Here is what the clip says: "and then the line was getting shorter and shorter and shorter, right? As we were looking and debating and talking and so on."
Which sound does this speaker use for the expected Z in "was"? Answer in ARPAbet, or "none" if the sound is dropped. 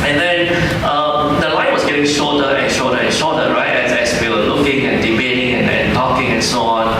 S